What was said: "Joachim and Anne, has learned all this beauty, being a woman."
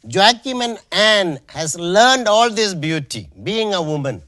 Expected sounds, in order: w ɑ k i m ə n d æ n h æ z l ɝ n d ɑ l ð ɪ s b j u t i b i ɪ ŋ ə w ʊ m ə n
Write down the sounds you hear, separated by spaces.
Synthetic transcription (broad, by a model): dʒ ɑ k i m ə n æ n h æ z l ɝ n d ɑ l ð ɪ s b j u t i b i ɪ ŋ ə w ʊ m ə n